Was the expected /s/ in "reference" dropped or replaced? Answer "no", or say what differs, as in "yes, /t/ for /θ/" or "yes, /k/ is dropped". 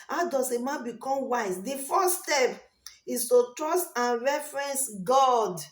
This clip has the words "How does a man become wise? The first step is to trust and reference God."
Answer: no